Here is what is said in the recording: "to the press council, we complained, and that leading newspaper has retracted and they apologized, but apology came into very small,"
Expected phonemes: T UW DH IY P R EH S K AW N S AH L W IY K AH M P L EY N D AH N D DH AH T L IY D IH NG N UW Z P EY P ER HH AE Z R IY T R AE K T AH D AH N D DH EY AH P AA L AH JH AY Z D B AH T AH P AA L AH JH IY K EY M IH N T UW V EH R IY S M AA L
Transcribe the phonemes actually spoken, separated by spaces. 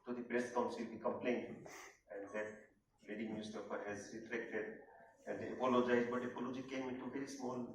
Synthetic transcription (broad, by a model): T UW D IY B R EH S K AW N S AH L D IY K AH M P L EY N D AH N D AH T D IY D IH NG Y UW S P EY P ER HH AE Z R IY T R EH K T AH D AH N D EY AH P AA L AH JH AY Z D B AH T AH P AA L AH JH IY K EY M IH N T UW V EH R IY S M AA L